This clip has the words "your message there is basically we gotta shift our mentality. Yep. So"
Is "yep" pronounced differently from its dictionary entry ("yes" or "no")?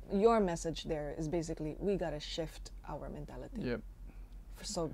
yes